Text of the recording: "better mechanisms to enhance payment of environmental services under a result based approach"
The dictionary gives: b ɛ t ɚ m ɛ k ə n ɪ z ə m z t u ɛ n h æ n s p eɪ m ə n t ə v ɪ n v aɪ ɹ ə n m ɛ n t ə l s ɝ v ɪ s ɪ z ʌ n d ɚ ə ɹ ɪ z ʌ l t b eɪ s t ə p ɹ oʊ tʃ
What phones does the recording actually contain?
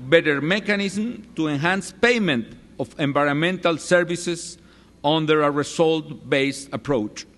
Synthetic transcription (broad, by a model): b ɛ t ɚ m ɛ k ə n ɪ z m t u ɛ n h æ n s p eɪ m ə n t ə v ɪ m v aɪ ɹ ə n m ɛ n t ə l s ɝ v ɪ s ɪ s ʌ n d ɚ ə ɹ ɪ s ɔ l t b eɪ s t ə p ɹ oʊ tʃ